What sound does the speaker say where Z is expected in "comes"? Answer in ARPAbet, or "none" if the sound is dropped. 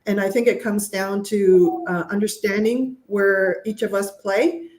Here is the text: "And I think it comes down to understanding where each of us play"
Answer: Z